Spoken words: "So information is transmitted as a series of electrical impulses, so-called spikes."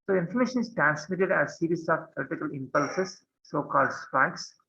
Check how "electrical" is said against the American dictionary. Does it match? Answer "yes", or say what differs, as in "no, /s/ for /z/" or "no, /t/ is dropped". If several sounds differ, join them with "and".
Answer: no, /k/ is dropped and /ɹ/ is dropped